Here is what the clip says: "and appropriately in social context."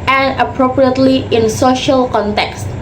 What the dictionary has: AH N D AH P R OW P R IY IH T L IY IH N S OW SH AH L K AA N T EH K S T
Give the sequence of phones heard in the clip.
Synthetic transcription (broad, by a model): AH N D AH P R OW P R IY IH T L IY IH N S OW SH AH L K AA N T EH K S T